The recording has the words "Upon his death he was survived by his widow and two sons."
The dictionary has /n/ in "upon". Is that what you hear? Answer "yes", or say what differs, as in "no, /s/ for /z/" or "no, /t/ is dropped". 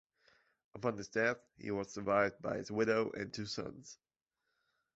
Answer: yes